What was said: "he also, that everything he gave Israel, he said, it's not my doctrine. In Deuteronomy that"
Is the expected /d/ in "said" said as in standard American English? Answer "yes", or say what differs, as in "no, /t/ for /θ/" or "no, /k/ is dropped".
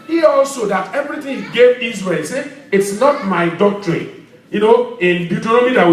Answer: no, /d/ is dropped